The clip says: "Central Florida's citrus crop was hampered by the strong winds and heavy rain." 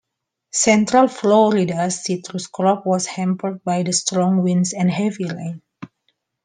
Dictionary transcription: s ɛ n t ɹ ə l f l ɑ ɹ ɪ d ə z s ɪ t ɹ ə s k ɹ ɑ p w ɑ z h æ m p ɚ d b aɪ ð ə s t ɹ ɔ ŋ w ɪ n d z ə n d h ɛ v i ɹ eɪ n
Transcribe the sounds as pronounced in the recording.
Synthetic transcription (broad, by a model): s ɛ n t ɹ ə l f l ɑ ɹ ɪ d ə s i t ɹ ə s k ɹ ɑ p w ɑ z h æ m p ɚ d b aɪ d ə s t ɹ ɔ ŋ w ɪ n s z ə n d h ɛ v i l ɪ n